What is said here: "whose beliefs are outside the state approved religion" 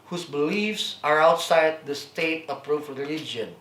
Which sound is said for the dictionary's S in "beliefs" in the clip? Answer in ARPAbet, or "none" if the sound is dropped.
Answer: S